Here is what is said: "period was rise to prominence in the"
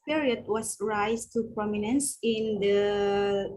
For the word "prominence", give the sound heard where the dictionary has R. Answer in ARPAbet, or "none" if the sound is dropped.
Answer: R